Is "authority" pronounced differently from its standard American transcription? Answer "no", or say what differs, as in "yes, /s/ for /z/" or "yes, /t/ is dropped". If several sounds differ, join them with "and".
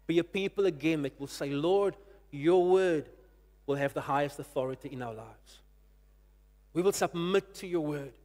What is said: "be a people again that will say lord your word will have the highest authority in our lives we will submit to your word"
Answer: no